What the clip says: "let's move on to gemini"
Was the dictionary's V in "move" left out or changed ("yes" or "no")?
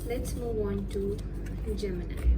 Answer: yes